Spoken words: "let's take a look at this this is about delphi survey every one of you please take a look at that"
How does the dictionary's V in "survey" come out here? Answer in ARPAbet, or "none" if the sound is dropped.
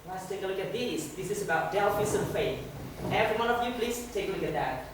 F